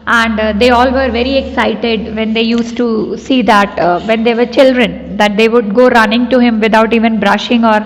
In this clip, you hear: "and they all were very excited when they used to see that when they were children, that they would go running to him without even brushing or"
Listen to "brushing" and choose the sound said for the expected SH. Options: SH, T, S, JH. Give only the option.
SH